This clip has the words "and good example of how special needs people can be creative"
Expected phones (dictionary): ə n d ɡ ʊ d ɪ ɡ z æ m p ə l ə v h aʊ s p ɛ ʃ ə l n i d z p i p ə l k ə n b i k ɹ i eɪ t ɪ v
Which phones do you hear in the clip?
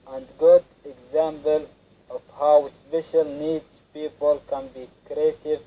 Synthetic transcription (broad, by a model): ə n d ɡ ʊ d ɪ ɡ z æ m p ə l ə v h aʊ s p ɛ ʃ ə l n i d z p i p ə l k ə n b i k ɹ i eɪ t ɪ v